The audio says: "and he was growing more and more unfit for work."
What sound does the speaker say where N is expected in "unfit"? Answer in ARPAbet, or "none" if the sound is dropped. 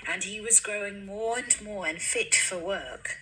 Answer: N